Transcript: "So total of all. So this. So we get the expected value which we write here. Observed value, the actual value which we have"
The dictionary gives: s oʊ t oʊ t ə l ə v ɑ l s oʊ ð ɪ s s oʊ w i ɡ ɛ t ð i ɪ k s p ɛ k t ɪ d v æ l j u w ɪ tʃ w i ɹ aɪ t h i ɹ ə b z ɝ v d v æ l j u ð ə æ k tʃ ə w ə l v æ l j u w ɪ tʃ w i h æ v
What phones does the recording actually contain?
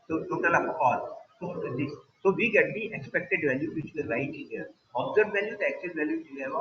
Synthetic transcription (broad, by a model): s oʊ t oʊ t ə l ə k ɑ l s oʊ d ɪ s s oʊ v i ɡ ɛ t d i ɪ k s p ɛ k t ɪ d v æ l j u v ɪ tʃ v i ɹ aɪ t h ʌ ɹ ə b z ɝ d v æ l j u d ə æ k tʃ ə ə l v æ l j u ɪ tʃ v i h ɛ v